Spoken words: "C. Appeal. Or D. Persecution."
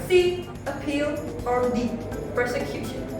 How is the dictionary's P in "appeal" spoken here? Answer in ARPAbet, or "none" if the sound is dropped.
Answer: P